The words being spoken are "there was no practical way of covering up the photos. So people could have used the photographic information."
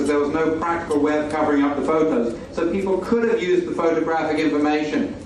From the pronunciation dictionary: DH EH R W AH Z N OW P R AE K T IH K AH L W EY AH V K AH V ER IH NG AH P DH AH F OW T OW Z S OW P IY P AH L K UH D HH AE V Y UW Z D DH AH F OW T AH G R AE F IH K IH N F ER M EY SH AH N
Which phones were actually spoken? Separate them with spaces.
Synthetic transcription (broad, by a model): DH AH R W AH Z N OW P R AE K T IH K AH L W EY AH V K AH V ER IH NG AH P DH AH F OW T OW Z S OW P IY P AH L K UH D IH V Y UW Z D DH AH F OW T AH G R AE F IH K IH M F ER M EY SH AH N